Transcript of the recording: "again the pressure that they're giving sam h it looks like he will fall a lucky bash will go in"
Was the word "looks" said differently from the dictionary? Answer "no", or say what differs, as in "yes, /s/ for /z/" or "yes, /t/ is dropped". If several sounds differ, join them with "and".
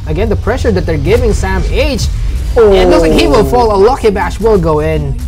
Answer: yes, /k/ is dropped